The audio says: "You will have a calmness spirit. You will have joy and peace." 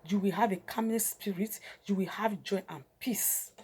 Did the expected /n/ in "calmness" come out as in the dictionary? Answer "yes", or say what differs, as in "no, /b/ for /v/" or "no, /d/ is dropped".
no, /n/ is dropped